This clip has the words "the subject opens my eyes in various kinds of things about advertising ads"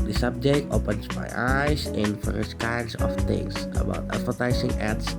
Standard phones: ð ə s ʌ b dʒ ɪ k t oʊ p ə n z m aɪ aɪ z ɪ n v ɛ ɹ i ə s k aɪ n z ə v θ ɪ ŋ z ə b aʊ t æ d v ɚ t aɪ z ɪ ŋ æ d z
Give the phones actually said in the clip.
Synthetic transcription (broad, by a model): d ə s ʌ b dʒ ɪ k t oʊ p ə n s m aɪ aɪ s ɪ n f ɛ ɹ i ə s k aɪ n s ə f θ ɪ ŋ s ə b aʊ t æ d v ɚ t aɪ s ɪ ŋ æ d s